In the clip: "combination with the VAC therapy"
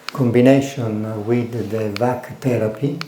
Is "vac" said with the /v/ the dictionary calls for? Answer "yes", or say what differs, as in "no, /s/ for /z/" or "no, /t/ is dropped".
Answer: yes